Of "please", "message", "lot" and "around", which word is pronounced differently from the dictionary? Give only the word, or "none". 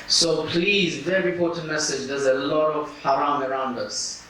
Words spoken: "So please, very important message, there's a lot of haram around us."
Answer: none